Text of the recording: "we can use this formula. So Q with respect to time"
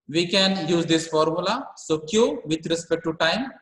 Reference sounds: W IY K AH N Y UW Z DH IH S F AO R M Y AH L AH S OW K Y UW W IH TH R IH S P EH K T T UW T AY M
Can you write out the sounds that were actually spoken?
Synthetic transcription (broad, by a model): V IY K AH N Y UW Z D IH S F AO R M Y AH L AH S OW K Y UW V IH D R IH S P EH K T T UW T AY M